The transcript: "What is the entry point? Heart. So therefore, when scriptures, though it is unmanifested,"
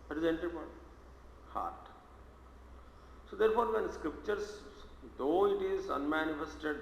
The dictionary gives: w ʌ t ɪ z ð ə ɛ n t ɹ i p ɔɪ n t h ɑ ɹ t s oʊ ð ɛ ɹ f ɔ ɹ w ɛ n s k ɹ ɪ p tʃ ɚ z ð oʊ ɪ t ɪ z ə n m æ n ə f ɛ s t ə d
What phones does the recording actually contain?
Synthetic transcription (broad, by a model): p t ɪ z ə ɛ n t i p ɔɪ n h ɑ ɹ t s oʊ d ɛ ɹ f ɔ ɹ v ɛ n s k ɹ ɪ p tʃ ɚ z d oʊ ɪ t ɪ z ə n m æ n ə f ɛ s t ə d